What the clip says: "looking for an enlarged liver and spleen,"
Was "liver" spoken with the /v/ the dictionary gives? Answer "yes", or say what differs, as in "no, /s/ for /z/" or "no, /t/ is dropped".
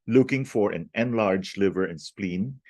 yes